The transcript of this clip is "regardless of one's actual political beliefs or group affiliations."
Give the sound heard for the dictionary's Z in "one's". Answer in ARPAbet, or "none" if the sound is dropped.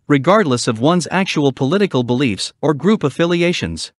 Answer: Z